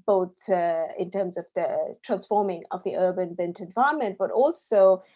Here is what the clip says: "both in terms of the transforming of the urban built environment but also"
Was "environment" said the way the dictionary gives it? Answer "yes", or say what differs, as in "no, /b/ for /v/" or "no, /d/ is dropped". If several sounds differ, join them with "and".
no, /ɹ/ is dropped